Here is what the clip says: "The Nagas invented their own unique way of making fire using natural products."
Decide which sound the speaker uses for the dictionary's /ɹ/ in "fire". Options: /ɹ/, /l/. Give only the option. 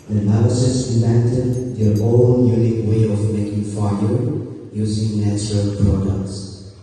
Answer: /l/